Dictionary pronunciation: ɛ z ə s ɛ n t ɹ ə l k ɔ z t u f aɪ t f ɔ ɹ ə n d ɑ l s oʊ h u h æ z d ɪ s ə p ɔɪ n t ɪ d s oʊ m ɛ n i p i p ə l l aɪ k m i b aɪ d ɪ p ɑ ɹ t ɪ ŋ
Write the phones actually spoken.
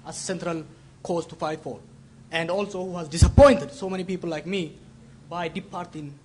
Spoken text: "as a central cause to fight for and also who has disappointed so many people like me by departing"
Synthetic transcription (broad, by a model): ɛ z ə s ɛ n t ɹ ə l k ɔ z t u f aɪ t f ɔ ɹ ə n d ɑ l s oʊ h u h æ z d ɪ s ə p ɔɪ n t ɪ d s oʊ m ɛ n i p i p ə l l aɪ k m i b aɪ d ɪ p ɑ ɹ t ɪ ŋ